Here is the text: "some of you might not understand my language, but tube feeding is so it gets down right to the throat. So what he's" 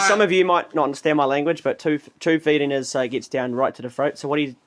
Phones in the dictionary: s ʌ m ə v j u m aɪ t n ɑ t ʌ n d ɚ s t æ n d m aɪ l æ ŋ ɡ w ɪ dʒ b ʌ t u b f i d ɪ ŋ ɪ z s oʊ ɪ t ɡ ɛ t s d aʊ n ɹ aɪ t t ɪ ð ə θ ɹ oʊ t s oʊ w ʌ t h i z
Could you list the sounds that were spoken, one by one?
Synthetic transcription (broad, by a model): s ʌ m ə v j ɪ m aɪ t n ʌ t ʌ n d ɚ s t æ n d m aɪ l æ ŋ ɡ w ɪ dʒ b ʌ t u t f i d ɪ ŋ ɪ z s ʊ ɪ t ɡ ɛ t s d aʊ n ɹ aɪ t t ɪ ð ə f ɹ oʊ t s oʊ w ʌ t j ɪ